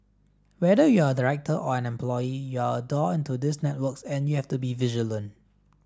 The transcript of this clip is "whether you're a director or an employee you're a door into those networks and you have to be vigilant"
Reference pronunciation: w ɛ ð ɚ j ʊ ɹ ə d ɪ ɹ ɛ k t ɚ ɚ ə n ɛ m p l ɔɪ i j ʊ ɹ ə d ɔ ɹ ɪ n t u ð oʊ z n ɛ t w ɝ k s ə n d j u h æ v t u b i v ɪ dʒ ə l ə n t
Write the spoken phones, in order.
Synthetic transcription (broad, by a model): w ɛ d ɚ j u ə d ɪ ɹ ɛ k t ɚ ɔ ə n ɛ m p l ɔɪ i j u ə d ɔ ɪ n t u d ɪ s n ɛ t w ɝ k s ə n j u h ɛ f t u b i v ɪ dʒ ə l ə n